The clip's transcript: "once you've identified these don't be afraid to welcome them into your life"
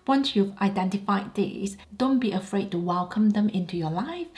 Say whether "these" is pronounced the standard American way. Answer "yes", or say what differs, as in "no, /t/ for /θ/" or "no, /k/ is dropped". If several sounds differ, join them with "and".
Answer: no, /s/ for /z/